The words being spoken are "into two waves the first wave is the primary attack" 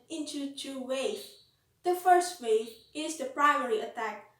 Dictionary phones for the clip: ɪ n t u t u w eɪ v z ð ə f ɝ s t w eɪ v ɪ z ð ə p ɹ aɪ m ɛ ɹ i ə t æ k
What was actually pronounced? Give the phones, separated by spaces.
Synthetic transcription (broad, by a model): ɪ n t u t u w eɪ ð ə f ɝ s t w eɪ ɪ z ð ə p ɹ aɪ m ɛ ɹ i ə t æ k